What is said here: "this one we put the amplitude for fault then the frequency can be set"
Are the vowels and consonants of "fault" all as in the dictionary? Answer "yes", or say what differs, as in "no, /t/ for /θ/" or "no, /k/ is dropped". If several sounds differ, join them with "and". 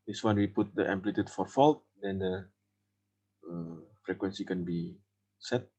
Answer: yes